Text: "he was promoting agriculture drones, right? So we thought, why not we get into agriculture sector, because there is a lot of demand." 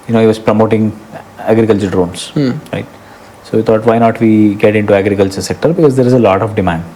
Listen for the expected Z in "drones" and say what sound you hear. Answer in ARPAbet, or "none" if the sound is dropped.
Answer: S